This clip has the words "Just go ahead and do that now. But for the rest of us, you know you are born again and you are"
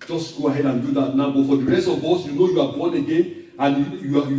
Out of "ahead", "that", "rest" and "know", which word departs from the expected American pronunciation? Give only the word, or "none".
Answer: none